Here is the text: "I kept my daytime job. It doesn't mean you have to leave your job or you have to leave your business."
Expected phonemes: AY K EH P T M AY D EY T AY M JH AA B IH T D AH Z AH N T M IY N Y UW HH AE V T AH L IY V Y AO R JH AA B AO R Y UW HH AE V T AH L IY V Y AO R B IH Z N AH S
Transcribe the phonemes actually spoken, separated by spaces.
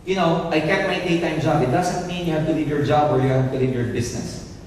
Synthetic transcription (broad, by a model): AY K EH T M AY D EY T AY M JH AA B IH T D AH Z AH N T M IY N Y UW HH AE V T AH L IY V Y AO R JH AA B AO R Y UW HH AE V T AH L IY V Y AO R B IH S N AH S